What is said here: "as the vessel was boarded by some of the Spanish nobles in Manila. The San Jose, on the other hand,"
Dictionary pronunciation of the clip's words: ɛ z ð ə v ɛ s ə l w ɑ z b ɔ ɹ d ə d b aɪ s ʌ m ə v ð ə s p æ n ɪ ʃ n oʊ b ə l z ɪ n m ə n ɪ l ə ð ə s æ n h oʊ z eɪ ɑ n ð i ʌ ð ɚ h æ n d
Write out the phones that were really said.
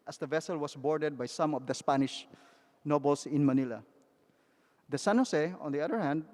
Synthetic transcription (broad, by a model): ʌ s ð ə v ɛ s ə l w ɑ s b ɔ ɹ d ə d b aɪ s ʌ m ə v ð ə s p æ n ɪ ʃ n oʊ b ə l s ɪ n m ə n ɪ l ə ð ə s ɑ n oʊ s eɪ ɑ n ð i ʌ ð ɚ h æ n d